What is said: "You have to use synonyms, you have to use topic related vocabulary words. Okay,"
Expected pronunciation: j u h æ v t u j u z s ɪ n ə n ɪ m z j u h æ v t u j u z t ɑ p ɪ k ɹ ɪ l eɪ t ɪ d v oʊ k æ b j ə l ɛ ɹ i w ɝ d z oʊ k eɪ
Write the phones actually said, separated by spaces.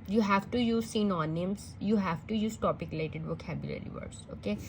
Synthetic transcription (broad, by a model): j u h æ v t u j u z s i n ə n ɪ m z j u h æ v t u j u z t ɑ p ɪ k l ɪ ɪ t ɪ d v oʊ k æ b j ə l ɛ ɹ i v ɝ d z oʊ k eɪ